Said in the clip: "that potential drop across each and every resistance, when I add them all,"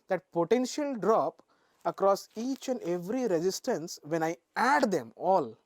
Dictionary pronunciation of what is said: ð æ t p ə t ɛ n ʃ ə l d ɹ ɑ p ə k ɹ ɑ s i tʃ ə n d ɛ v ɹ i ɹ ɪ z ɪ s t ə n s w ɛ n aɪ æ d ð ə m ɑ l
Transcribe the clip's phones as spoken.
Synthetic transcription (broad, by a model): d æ t p ə t ɛ n ʃ ə l d ɹ ɑ p ə k ɹ ɑ s i tʃ ə n d ɛ v ɹ i ɹ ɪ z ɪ s t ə n s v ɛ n aɪ æ d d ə m ɑ l